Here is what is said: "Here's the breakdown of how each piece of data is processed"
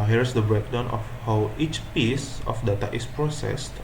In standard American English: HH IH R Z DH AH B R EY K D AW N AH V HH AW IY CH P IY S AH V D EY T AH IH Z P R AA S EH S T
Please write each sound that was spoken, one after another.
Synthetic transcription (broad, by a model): HH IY R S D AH B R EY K D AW N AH F HH AW IY CH P IY S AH F D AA T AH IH S P R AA S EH S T